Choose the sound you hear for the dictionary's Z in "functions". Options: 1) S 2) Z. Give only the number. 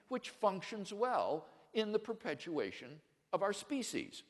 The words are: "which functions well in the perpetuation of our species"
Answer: 2